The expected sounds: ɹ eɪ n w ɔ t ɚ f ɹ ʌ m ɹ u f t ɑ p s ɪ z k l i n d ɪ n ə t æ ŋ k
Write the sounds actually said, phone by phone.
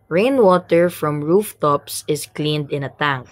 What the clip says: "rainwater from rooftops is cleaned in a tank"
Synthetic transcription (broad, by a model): ɹ eɪ n w ɔ t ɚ f ɹ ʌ m ɹ u f t ɑ p s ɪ s k l i n d ɪ n ə t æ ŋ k